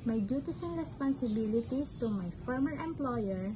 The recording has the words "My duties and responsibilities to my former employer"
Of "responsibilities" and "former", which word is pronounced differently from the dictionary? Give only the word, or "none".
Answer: responsibilities